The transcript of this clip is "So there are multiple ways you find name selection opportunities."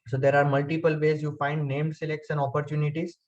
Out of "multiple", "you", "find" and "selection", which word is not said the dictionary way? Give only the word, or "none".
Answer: selection